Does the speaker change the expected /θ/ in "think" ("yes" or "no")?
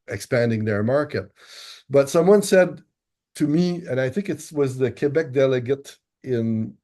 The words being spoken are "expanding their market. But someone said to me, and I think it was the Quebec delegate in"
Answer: no